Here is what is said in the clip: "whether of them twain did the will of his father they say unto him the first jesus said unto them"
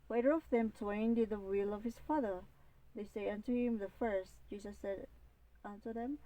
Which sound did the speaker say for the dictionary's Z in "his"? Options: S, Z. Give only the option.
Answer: S